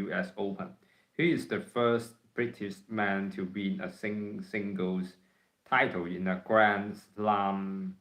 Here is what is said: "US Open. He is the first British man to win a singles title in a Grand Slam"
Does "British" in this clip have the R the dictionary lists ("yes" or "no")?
yes